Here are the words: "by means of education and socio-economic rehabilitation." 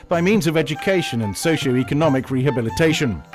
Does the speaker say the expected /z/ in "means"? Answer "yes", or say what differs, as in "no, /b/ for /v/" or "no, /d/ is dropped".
yes